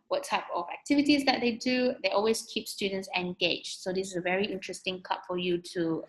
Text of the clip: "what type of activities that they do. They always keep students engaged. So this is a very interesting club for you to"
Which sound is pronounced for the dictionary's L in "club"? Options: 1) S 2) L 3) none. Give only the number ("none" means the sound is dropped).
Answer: 3